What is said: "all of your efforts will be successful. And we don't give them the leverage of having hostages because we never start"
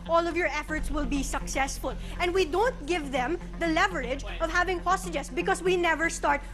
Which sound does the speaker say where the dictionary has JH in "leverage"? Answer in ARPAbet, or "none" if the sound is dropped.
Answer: JH